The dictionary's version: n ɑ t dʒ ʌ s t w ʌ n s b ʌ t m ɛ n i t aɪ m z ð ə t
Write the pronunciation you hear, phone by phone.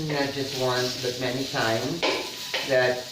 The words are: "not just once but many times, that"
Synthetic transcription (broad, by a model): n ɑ dʒ ʌ s t w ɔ n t b ʌ t m ɛ n i t aɪ m z ð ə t